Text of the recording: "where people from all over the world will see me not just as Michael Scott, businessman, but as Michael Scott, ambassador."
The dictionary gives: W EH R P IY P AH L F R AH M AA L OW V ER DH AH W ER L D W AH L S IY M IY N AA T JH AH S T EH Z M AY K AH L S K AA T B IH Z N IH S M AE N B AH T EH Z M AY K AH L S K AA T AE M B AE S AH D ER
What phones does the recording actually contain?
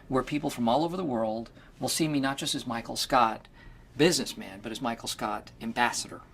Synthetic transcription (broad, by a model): W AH R P IY P L F R AH M AA L OW V ER DH AH W ER L D W AH L S IY M IY N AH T JH AH S T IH Z M AY K L S K AA T B IH Z N IH S M AE N B AH T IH Z M AY K L S K AA T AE M B AE S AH D ER